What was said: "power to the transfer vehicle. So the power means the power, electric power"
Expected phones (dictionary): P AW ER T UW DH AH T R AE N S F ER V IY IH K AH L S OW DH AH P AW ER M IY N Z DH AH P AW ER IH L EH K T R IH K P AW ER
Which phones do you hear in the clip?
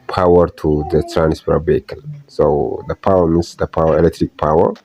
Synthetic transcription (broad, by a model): P AW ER T UW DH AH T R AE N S P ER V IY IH K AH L S OW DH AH P AW ER M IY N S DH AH P AW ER IH L EH K T R IH K P AW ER